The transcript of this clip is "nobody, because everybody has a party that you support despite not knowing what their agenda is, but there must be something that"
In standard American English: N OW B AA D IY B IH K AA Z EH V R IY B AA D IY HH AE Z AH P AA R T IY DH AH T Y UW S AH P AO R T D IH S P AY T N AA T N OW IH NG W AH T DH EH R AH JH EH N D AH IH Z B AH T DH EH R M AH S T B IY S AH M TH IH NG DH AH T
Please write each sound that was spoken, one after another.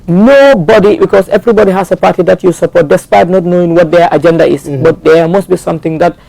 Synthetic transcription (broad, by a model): N OW B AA D IY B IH K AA S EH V R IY B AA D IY HH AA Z AH P AA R T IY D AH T Y UW S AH P AO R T D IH S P AY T N AA T N OW IH NG W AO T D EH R AH JH EH N D AH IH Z B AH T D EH M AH S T B IY S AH M T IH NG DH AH T